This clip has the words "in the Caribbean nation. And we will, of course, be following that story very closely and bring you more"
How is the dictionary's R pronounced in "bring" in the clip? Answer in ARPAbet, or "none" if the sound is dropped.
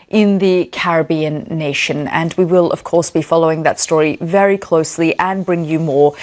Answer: R